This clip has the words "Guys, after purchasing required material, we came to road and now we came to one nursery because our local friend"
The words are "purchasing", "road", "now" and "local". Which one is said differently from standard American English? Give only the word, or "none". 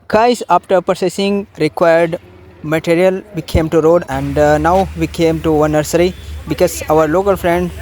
purchasing